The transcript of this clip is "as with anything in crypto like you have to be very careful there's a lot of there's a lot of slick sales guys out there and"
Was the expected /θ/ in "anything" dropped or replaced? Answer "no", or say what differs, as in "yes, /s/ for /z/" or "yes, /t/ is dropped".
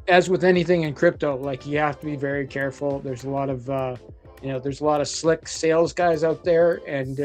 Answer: no